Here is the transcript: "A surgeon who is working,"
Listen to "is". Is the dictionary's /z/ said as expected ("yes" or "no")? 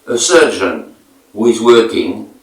yes